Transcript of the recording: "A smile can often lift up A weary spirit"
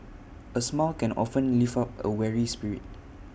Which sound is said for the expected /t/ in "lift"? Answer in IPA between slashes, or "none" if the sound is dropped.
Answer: none